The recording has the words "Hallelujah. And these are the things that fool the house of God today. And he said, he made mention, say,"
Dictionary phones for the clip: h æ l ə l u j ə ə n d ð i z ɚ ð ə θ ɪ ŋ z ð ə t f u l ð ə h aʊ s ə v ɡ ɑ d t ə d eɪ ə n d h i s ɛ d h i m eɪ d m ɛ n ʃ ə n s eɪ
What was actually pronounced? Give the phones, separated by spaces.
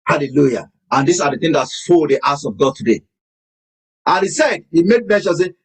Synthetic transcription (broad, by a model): h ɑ l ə l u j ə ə n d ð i s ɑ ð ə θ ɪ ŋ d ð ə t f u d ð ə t s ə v ɡ ɑ d t ə d eɪ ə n h i s ɛ d h i m eɪ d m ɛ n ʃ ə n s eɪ